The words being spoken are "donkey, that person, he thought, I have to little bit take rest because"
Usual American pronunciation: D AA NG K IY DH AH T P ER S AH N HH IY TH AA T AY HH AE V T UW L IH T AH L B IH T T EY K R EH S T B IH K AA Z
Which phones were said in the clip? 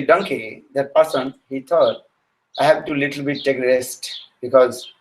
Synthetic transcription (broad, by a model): D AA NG K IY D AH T P ER S AH N HH IY T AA T AY HH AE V T UW L IH T AH L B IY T T EY K R EH S T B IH K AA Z